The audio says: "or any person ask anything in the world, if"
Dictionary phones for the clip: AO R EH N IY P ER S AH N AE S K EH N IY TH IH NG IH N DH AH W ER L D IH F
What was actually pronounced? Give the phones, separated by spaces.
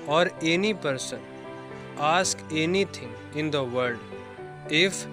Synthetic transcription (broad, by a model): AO R EH N IY P ER S AH N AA S K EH N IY T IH NG IH N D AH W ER D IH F